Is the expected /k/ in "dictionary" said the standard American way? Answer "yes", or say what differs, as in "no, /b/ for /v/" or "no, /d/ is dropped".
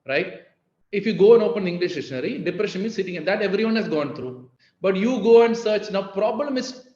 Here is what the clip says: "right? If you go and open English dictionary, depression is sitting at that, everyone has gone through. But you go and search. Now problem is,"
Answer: no, /k/ is dropped